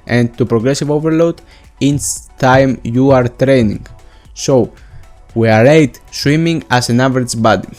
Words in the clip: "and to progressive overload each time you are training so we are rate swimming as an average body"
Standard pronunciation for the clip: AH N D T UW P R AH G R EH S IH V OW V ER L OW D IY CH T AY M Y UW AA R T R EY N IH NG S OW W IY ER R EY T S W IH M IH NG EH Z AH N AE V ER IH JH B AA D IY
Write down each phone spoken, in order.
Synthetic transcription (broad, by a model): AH N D T UW P R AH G R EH S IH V OW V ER L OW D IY S T AY M Y UW AA R T R EY N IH NG S OW W IY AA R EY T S W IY M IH NG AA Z AH N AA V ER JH B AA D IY